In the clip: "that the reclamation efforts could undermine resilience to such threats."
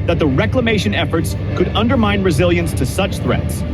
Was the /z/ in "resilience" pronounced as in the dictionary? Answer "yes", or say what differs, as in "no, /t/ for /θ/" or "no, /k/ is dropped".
yes